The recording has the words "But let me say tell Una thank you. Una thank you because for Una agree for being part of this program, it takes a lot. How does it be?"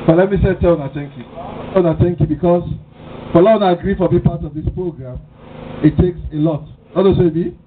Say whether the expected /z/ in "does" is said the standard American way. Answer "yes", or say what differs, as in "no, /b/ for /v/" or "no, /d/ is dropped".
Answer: no, /s/ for /z/